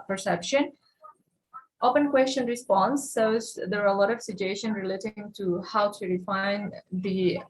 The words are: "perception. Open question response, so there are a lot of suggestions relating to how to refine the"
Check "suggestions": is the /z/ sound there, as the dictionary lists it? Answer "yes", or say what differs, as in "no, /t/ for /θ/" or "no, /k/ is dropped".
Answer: no, /z/ is dropped